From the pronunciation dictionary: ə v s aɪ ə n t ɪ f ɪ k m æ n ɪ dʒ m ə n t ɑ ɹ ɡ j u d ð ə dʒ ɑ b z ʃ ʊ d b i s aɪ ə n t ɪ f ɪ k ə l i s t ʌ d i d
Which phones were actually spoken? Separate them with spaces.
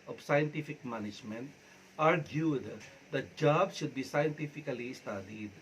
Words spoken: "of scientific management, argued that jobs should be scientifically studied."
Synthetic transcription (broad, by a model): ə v s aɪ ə n t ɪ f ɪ k m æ n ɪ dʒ m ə n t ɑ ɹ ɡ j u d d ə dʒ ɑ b ʃ ʊ d b i s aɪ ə n t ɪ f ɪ k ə l i s t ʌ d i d